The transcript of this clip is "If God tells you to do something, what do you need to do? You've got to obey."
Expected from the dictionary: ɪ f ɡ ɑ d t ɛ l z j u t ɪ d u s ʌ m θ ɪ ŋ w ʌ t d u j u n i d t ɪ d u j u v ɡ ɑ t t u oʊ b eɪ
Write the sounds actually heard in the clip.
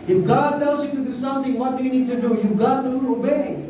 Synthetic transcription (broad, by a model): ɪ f ɡ ɑ d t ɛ l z j u t ɪ d u s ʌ m t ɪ ŋ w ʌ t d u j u n i d t ɪ d u j u v ɡ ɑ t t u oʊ b eɪ